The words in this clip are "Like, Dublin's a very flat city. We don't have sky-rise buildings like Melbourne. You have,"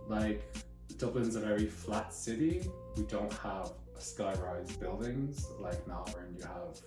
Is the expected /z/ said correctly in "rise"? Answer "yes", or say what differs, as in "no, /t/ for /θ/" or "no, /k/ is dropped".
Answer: yes